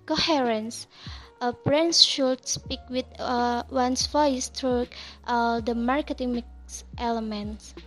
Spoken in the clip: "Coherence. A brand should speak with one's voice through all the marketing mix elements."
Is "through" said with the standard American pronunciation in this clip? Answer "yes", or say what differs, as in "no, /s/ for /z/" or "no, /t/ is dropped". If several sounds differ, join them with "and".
no, /t/ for /θ/